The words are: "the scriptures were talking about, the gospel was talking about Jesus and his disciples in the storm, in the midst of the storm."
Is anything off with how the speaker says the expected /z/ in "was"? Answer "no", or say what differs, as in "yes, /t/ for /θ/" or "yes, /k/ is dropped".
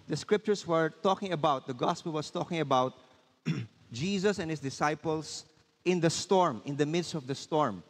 yes, /s/ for /z/